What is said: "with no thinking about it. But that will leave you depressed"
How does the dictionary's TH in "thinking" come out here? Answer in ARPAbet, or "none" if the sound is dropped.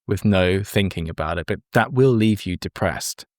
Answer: TH